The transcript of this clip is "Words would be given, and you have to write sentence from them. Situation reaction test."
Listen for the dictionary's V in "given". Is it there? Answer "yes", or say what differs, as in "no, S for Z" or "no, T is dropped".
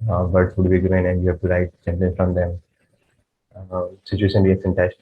no, V is dropped